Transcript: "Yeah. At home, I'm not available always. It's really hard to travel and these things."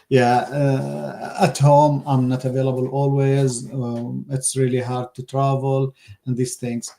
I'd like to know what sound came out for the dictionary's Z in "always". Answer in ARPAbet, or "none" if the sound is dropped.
Z